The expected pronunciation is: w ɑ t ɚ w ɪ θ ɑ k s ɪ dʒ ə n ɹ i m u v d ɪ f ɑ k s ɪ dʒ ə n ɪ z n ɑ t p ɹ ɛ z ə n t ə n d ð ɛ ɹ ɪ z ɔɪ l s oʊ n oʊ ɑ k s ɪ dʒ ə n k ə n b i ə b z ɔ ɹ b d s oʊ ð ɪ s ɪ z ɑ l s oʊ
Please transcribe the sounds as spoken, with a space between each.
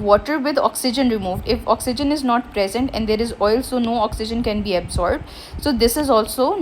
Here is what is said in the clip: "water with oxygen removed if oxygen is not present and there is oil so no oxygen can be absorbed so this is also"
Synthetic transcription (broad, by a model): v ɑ t ɚ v ɪ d ɑ k s ɪ dʒ ə n ɹ i m u v d ɪ f ɑ k s ɪ dʒ ə n ɪ z n ɑ t p ɹ ɛ z ə n t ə n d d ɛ ɹ ɪ z ɔɪ l s oʊ n oʊ ɑ k s ɪ dʒ ə n k ə n b i ə b z ɔ ɹ b d s oʊ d ɪ s ɪ z ɑ l s oʊ